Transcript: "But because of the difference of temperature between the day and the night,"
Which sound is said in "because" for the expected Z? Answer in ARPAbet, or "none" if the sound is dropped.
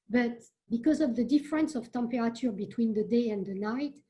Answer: Z